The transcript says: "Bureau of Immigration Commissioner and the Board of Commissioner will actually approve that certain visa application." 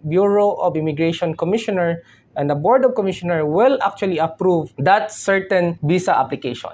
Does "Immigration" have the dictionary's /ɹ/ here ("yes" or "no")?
yes